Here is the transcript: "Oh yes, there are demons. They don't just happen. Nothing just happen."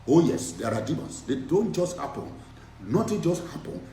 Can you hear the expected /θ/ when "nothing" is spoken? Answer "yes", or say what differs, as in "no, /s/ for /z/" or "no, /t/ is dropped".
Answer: no, /t/ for /θ/